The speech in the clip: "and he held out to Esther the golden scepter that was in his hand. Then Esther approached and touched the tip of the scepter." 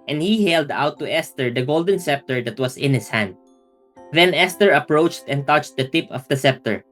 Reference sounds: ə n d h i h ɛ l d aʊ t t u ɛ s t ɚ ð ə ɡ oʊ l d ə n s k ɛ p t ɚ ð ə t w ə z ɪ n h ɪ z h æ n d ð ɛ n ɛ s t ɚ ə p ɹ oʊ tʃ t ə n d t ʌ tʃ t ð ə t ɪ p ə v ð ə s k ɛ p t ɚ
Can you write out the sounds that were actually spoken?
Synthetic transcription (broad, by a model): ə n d h i h ɛ l d aʊ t t u ɛ s t ɚ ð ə ɡ oʊ l d ə n s ɛ p t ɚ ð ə t w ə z ɪ n h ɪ s h æ n d ð ɛ n ɛ s t ɚ ə p ɹ oʊ tʃ t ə n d t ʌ tʃ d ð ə t ɪ p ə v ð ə s ɛ p t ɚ